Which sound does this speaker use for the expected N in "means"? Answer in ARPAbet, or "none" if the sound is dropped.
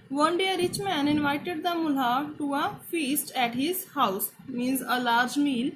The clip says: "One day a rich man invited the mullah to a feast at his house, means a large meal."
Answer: N